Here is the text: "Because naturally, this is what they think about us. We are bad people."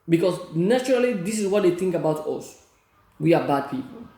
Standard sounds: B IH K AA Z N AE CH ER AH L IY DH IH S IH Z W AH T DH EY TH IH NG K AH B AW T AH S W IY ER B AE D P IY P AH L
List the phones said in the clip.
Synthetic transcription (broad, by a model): B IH K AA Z N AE CH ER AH L IY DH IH S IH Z W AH T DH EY TH IH NG K AH B AW T AH S W IY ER B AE D P IY P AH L